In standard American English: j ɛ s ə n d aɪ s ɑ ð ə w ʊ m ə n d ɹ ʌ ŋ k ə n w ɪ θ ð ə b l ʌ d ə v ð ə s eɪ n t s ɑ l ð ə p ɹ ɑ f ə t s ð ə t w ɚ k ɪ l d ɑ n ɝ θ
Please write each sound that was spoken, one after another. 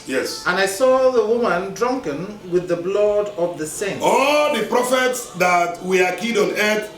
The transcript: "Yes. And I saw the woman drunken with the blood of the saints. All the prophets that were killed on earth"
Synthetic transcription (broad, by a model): j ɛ s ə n aɪ s ɑ ð ə w ʊ m ə n d ɹ ʌ ŋ k ə n w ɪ ð ə b l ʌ d ə v ð ə s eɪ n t ɑ l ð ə p ɹ ɑ f ə t s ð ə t w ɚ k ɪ d ɑ n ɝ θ